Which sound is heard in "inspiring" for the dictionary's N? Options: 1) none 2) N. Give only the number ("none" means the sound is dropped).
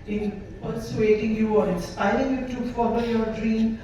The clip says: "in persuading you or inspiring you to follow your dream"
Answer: 1